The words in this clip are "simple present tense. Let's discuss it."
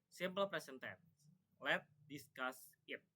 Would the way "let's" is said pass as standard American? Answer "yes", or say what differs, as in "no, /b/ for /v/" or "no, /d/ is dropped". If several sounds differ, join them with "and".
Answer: no, /s/ is dropped